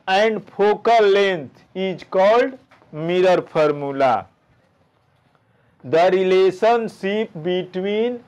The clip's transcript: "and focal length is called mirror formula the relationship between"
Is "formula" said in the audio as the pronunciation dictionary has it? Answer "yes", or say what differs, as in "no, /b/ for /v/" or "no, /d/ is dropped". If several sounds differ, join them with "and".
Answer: no, /p/ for /f/